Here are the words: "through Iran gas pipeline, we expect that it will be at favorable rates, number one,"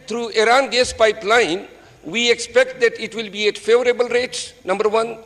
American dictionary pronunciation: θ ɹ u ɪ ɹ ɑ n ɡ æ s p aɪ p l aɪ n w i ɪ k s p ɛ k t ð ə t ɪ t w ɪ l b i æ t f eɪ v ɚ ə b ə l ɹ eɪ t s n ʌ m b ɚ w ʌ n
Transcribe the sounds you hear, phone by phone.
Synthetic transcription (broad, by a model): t ɹ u ɪ ɹ ɑ n ɡ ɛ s p aɪ p l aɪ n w i ɪ k s p ɛ k t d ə t ɪ t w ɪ l b i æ t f eɪ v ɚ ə b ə l ɹ eɪ t n ʌ m b ɚ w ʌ n